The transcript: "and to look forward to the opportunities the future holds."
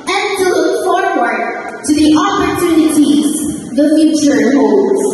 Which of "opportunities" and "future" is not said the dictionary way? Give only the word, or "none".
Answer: none